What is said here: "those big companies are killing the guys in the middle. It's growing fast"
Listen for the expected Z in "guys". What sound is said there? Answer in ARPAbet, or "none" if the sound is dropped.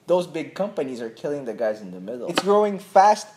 Z